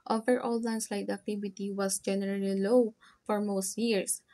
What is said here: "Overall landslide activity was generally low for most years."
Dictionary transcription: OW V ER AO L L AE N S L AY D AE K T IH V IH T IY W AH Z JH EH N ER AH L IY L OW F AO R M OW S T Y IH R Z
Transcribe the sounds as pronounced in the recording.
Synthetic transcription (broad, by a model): OW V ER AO L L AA N S L AY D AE K T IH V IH T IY W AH S JH EH N ER AH L IY L OW F AO R M OW S T Y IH R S